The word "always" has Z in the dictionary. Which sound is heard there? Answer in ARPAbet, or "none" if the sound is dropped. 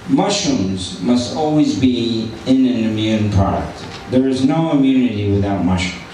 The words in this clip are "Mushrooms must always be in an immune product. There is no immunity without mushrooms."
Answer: Z